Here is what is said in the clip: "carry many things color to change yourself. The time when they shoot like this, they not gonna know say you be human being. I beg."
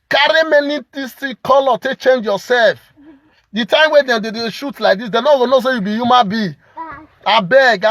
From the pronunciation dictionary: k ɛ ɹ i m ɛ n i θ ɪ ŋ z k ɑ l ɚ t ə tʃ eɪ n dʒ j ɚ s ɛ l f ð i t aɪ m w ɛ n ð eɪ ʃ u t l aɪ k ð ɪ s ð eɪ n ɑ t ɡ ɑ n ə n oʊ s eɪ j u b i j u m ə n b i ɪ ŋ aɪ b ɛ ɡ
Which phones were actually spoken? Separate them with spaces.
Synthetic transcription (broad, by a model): k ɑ ɹ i m ɛ n i t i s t k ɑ l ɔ t ə tʃ eɪ n dʒ j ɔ s ɛ l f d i t aɪ m w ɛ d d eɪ ʃ u t l aɪ k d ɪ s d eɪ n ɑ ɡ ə n oʊ s eɪ j u b i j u m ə n b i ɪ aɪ b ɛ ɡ